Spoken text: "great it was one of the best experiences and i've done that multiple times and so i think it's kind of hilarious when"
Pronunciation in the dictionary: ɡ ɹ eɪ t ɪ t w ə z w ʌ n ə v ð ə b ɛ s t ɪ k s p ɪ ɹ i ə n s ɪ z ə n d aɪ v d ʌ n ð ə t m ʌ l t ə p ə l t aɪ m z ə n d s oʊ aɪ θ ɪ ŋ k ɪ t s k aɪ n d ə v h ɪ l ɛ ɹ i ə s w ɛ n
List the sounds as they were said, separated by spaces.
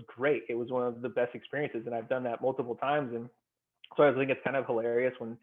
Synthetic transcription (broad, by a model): ɡ ɹ eɪ t ɪ t w ə z w ʌ n ə v ð ə b ɛ s t ɪ k s p ɪ ɹ i ə n s ɪ z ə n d aɪ v d ʌ n ð ə t m ʌ l t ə p l t aɪ m z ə n s oʊ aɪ θ ɪ ŋ k ɪ t s k aɪ n d ə v h ɪ l ɛ ɹ i ə s w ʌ n